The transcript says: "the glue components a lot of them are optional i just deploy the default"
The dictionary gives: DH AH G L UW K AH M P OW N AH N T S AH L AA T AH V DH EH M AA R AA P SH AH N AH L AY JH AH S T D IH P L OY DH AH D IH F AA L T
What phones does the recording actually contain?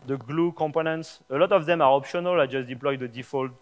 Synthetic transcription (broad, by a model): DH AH G L UW K AH M P OW N AH N T S AH L AA T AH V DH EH M AA R AA P SH AH N AH L AY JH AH S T D IH P L OY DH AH D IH F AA L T